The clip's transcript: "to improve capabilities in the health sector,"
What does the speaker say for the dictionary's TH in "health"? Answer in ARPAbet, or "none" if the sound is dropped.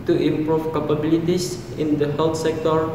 T